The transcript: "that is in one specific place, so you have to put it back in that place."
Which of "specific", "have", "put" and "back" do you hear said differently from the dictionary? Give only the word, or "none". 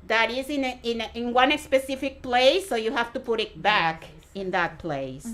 have